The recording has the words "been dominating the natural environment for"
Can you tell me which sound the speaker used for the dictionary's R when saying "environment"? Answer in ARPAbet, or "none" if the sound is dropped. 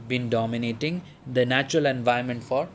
none